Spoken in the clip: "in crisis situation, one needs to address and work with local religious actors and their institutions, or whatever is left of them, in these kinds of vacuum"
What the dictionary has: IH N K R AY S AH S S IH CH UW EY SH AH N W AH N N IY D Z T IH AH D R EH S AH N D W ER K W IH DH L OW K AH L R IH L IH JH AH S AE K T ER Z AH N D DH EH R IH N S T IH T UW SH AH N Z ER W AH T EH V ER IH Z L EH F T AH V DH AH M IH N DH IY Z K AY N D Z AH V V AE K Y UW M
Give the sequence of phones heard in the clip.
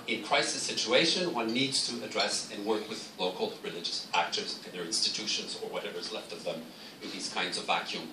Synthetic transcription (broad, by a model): IH N K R AY S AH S S IH CH UW EY SH AH N W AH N N IY D Z T IH AH D R EH S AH N W ER K W IH DH L OW K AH L R IH L IH JH AH S AE K T ER Z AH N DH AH R IH N S T IH T UW SH AH N Z ER W AH T EH V ER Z L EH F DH AH V DH AH M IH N DH IY Z K AY N D Z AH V V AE K Y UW M